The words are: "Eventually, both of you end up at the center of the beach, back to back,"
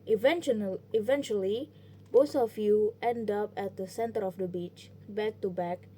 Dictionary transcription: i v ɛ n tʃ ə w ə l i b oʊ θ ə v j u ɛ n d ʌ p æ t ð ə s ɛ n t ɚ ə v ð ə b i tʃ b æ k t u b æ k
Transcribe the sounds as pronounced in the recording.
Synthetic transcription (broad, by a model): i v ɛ n tʃ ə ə l i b oʊ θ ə f j u ɛ n d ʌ p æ t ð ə s ɛ n t ɚ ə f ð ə b i tʃ b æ k t u b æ k